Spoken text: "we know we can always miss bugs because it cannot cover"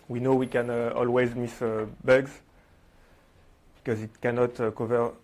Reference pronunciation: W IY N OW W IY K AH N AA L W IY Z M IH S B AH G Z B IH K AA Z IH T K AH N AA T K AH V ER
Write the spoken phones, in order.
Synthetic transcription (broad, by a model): W IY N OW W IY K AH N AA L W IY Z M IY S B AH G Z B IH K AA Z IH T K AH N AA T K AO V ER